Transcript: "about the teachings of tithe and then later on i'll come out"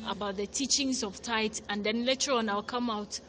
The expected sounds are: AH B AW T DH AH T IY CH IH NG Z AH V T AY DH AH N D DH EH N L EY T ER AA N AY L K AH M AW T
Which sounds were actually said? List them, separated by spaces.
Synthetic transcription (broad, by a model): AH B AW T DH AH T IY CH IH NG Z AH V T AY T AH N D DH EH N L EY T ER AA N AY L K AH M AW T